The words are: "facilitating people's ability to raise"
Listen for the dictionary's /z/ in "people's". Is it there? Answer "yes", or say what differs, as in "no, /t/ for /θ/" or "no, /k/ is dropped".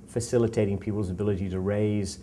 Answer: yes